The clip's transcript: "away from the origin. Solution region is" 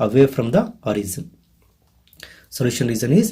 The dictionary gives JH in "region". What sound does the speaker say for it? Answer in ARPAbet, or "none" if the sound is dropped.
Z